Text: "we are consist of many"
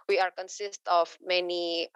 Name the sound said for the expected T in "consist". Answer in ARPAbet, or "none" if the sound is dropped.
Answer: T